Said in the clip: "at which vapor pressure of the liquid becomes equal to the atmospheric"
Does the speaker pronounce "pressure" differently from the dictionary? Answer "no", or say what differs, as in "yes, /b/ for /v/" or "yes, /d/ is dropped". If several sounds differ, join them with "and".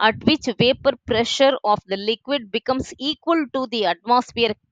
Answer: no